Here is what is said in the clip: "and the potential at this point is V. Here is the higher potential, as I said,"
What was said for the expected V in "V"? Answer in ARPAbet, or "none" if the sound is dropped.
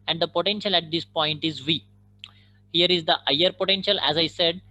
V